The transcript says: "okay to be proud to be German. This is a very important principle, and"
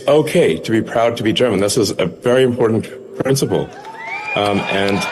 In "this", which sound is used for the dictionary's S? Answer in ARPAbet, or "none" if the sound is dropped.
S